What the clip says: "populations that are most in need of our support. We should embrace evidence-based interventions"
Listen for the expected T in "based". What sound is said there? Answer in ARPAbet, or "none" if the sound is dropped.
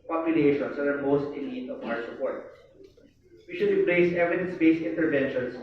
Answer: none